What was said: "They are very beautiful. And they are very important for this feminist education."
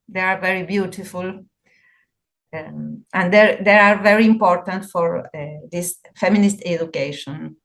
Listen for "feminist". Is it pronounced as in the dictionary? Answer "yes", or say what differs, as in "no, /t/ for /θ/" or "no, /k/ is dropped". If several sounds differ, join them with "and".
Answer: yes